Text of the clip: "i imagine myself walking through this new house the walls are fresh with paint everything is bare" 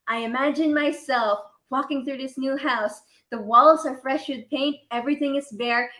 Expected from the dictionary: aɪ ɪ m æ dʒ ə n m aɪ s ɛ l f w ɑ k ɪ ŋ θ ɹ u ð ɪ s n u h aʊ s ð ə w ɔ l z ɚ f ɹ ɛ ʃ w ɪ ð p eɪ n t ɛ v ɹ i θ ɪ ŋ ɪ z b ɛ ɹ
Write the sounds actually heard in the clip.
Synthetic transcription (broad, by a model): aɪ ɪ m æ dʒ ə n m aɪ s ɛ l f w ɑ k ɪ ŋ θ ɹ u ð ɪ s n u h aʊ s ð ə w ɔ l z ɚ f ɹ ɛ ʃ w ɪ ð p eɪ n t ɛ v ɹ i θ ɪ ŋ ɪ z b ɛ ɹ